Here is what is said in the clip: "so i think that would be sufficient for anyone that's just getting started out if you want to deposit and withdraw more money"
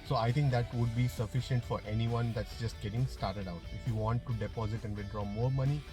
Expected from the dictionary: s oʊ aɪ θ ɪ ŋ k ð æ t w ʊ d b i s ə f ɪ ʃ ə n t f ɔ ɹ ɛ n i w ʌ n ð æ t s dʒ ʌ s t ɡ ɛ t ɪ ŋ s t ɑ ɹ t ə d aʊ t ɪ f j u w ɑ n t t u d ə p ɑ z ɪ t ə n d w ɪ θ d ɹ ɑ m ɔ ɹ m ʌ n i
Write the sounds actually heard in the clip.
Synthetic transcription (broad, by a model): s oʊ aɪ t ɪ ŋ k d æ t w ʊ d b i s ə f ɪ ʃ ə n t f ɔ ɹ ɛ n i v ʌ n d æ t s dʒ ʌ s t ɡ ɛ t ɪ ŋ s t ɑ ɹ t ə d aʊ t ɪ f j u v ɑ n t t u d ə p ɑ z ɪ t ə n d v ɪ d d ɹ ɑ m ɔ ɹ m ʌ n i